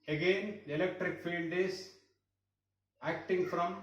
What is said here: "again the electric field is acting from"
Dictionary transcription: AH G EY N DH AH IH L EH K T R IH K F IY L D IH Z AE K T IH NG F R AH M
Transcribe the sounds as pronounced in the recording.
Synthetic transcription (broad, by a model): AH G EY N IH L EH K T R IH K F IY N D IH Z AE K T IH NG F R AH M